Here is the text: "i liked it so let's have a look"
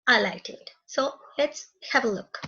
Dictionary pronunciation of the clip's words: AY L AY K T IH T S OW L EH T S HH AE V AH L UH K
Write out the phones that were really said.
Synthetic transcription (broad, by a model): AY L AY T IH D S OW L EH T S HH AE V AH L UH K